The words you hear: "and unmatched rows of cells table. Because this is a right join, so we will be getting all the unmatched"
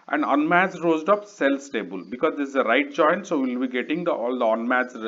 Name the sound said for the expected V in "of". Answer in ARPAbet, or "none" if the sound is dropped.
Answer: P